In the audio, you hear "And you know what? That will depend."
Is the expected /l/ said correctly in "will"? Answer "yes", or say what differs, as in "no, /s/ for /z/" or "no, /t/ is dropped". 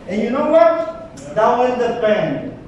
no, /n/ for /l/